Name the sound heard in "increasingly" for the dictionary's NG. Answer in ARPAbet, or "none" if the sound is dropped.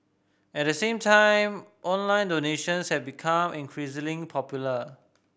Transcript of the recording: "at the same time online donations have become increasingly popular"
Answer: none